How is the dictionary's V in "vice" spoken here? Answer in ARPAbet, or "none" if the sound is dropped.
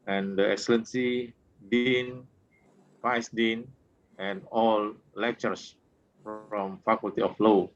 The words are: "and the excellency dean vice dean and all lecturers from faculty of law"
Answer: F